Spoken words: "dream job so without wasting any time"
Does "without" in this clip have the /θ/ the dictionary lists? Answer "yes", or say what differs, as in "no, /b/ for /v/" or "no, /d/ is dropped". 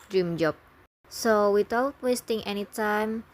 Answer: no, /t/ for /θ/